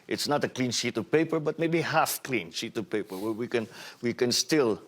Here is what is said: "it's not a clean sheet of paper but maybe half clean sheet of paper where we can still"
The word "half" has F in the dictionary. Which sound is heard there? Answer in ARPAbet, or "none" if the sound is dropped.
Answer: F